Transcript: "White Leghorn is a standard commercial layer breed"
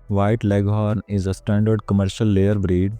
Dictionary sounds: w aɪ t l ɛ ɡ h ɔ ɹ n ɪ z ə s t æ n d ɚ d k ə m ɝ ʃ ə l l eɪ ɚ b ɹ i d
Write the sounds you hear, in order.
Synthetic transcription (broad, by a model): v aɪ t l ɛ ɡ h ɔ ɹ n ɪ z ə s t æ n d ɚ d k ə m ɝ ʃ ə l l eɪ ɚ b ɹ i d